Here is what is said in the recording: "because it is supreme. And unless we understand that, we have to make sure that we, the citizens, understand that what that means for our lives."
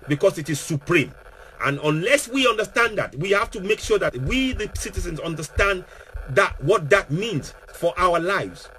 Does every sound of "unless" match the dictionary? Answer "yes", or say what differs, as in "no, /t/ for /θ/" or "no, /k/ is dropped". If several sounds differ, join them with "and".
yes